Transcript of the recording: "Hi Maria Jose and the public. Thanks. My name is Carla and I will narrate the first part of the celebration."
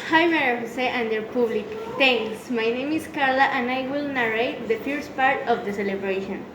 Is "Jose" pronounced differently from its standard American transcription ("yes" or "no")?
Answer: yes